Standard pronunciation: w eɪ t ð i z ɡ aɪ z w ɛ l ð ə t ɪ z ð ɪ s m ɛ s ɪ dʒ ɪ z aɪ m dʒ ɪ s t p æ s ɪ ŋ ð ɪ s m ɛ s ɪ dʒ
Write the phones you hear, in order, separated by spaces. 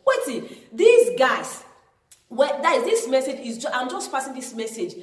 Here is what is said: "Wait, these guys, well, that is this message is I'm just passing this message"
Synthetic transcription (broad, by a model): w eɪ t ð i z ɡ aɪ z w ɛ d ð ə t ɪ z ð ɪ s m ɛ s ɪ dʒ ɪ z aɪ m dʒ ɪ s t f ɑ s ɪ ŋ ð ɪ s m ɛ s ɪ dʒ